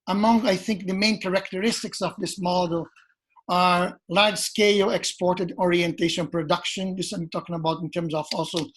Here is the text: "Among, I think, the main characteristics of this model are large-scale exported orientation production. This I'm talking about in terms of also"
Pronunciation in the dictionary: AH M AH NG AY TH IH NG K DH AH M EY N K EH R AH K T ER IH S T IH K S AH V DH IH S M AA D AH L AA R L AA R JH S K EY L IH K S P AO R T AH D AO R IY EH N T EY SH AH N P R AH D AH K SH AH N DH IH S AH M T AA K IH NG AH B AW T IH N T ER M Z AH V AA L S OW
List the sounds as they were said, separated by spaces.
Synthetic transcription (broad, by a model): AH M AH NG AY TH IH NG K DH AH M EY N K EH R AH K T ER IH S T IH K S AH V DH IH S M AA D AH L AA R L AA R JH S K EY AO IH K S P AO R T AH D AO R IY EH N T EY SH AH N P R AH D AH K SH AH N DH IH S AH M T AA K IH NG AH B AW T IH N T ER M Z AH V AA L S OW